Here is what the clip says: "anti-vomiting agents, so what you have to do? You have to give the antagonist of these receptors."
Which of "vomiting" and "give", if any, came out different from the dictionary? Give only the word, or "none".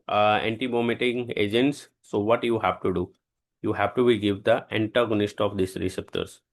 vomiting